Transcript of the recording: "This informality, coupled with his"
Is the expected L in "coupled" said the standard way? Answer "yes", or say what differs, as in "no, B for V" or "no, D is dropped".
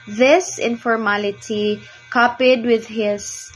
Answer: no, L is dropped